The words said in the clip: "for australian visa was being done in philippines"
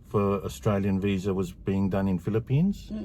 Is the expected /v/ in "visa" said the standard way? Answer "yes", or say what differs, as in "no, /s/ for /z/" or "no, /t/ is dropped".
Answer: yes